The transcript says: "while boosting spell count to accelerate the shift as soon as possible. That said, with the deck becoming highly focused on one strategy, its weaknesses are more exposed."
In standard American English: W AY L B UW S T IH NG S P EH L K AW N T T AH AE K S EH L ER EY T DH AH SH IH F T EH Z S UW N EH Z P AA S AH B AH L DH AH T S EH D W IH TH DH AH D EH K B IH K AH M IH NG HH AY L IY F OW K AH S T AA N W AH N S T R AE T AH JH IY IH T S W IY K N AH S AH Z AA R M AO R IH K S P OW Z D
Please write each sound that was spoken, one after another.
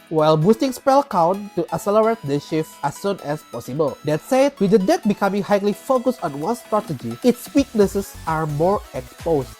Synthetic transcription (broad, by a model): W AY L B UW S T IH NG S P EH L K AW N T T AH S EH L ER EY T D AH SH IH F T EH S UW N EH S P AA S AH B AH L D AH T S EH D W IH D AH D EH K B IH K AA M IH NG HH AY L IY F OW K AH S T AA N W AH N S T R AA T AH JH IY IH T S W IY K N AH S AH S AA R M AO R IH K S P OW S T